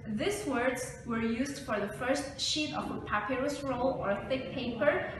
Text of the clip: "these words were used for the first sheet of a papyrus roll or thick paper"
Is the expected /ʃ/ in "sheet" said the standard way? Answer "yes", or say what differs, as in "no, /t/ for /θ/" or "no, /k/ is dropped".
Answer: yes